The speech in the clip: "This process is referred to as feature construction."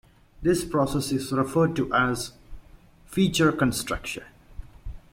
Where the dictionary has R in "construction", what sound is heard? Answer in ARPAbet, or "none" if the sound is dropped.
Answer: R